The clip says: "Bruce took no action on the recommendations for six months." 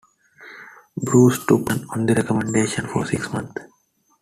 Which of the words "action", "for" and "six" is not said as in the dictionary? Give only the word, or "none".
action